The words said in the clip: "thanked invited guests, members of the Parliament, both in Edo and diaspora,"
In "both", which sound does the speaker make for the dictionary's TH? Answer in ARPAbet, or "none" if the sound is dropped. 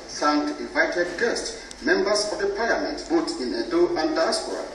T